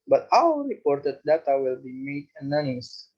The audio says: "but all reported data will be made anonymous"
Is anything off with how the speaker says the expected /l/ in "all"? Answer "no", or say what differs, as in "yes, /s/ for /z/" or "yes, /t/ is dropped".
yes, /w/ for /l/